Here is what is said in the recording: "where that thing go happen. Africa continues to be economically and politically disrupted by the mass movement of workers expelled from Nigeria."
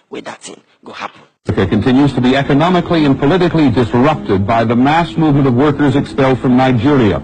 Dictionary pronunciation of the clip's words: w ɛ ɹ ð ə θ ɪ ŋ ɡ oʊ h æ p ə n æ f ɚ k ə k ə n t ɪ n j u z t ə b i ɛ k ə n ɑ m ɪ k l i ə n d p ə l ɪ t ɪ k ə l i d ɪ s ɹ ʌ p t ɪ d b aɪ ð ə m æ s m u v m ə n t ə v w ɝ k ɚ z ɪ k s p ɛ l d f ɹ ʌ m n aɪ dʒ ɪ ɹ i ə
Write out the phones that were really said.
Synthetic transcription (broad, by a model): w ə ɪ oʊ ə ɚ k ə k ə n t ɪ n j u z t ə b i ɛ k ə n ɑ m ɪ k l i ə n p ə l ɪ t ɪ k l i d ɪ s ɹ ʌ p t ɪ d b aɪ ð ə m æ s m u v m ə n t ə v w ɝ k ɚ z ɪ k s p ɛ l d f ɹ ʌ m n aɪ dʒ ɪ ɹ i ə